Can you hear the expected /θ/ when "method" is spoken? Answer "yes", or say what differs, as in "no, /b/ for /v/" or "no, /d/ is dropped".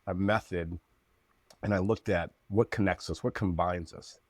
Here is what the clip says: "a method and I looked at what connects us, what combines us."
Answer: yes